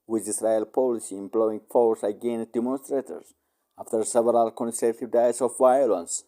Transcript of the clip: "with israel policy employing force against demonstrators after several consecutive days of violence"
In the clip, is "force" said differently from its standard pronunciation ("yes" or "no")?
no